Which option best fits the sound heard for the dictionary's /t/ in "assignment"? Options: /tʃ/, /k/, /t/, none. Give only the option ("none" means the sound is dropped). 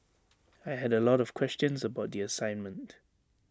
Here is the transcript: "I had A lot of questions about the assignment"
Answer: /t/